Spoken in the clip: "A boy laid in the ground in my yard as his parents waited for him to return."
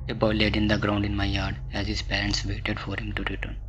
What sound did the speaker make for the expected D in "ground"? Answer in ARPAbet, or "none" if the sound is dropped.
D